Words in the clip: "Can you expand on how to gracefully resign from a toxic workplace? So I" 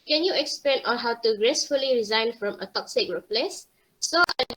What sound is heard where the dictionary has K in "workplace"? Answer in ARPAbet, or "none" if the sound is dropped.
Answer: none